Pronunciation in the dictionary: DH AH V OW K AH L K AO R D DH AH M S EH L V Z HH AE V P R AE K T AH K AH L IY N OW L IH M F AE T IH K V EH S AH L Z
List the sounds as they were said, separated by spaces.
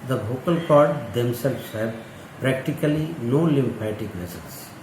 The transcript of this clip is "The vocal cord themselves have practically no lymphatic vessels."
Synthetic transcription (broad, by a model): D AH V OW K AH L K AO R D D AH M S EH L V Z HH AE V P R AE K T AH K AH L IY N OW L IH M P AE T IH K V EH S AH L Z